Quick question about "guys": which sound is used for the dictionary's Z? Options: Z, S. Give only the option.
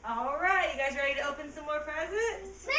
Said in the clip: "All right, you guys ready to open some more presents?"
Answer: Z